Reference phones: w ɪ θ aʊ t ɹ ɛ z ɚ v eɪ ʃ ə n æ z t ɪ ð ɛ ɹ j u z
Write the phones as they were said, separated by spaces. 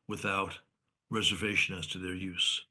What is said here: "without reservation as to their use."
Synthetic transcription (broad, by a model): w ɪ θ aʊ t ɹ ɛ z ɚ v eɪ ʃ ə n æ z t ɪ ð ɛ ɹ j u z